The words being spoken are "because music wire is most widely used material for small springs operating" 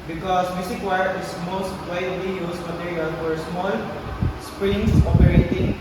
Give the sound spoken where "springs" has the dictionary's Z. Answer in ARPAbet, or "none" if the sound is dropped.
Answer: S